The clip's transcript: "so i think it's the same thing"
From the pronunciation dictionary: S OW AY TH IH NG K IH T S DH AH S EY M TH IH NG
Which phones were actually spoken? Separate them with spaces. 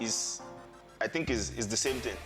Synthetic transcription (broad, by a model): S AY TH IH NG K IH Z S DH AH S EY M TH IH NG